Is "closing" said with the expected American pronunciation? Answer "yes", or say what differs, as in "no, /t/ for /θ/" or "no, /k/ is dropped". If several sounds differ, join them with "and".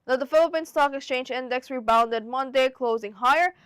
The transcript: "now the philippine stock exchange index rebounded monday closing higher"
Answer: yes